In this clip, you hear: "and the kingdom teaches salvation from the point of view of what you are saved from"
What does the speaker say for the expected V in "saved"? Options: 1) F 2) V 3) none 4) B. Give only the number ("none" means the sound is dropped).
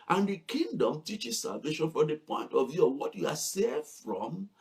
3